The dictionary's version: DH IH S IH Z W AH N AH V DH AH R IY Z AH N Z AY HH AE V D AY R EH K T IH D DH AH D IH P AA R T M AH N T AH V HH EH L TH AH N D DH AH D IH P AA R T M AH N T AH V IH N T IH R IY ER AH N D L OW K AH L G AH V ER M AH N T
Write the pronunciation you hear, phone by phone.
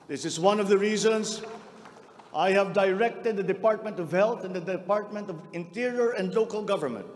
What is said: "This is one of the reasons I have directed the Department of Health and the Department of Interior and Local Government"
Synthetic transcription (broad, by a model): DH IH S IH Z W AH N AH V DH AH R IY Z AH N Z AY HH AE V D AY R EH K T IH D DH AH D IH P AA R T M AH N T AH V HH EH L TH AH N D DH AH D IH P AA R T M AH N T AH V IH N T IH R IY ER AH N D L OW K AH L G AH V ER M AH N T